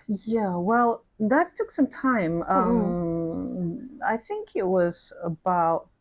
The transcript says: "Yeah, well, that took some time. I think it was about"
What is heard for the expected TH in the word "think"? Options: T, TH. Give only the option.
TH